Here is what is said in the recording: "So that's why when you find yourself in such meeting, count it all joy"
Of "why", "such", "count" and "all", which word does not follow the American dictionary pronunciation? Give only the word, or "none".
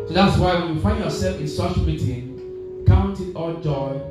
none